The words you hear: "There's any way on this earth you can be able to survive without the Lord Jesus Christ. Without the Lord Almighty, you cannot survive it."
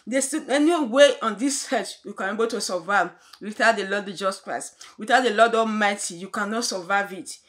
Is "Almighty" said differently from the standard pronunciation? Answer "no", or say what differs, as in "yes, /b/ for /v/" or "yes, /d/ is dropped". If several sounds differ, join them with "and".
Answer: yes, /l/ is dropped